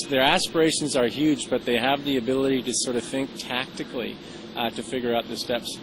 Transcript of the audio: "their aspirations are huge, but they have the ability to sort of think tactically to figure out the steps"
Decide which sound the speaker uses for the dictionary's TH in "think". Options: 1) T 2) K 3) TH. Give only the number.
3